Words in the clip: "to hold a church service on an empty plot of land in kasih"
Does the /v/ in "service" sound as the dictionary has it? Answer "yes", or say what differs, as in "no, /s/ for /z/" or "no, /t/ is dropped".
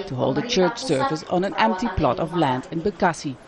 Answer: no, /f/ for /v/